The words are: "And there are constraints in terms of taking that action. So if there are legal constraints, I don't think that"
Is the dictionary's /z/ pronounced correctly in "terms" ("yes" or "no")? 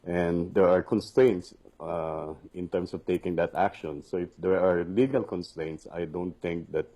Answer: no